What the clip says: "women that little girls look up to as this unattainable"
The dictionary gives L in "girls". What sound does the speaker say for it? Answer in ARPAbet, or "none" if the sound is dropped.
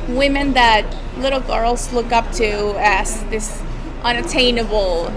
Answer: L